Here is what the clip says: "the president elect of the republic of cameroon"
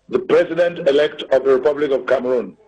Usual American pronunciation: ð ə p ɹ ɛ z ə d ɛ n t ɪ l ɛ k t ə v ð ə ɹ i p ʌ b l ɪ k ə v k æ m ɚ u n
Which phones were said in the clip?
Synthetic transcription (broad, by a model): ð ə p ɹ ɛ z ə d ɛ n t ɪ l ɛ k t ə v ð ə ɹ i p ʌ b l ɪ k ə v k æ m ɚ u n